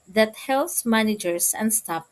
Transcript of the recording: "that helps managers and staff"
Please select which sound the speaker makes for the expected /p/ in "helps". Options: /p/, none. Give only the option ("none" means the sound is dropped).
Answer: none